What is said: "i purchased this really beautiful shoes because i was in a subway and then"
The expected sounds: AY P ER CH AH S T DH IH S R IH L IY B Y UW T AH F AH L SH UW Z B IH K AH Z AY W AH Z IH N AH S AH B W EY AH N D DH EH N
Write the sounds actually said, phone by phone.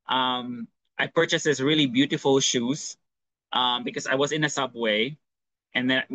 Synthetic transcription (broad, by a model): AY P ER CH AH S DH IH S R IH L IY B Y UW T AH F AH L SH UW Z B IH K AH Z AY W AH Z IH N AH S AH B W EY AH N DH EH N